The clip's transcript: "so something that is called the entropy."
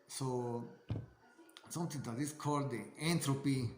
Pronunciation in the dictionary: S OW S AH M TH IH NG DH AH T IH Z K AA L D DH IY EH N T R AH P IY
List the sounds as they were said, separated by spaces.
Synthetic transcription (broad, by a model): S OW S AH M T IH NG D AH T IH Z K AA L D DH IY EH N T R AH P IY